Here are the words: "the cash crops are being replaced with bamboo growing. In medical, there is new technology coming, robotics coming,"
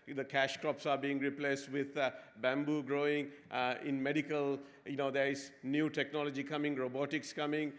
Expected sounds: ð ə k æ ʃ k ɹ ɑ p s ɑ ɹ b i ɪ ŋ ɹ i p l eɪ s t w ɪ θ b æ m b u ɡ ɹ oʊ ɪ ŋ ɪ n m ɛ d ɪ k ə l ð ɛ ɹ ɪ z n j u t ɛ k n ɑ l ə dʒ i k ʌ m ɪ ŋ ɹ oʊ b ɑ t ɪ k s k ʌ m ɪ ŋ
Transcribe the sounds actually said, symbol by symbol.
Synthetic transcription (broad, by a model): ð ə k æ ʃ k ɹ ɑ p s ɑ ɹ b i ɪ ŋ ɹ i p l eɪ s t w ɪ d b æ m b u ɡ ɹ oʊ ɪ ŋ ɪ n m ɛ d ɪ k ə l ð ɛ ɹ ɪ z n j u t ɛ k n ɑ l ə dʒ i k ʌ m ɪ ŋ ɹ oʊ b ɑ t ɪ k s k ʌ m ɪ ŋ